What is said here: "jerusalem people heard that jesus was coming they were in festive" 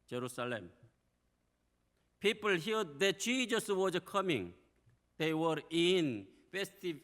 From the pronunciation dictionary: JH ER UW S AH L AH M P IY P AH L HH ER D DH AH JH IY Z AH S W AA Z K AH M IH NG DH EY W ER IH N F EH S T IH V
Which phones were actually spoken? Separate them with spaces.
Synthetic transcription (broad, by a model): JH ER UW S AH L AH M P IY P AH L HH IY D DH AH CH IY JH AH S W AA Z K AH M IH NG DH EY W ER IH N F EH S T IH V